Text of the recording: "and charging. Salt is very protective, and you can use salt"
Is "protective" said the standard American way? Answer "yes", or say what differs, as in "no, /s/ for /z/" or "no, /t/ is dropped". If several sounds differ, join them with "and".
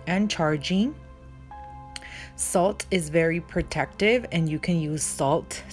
yes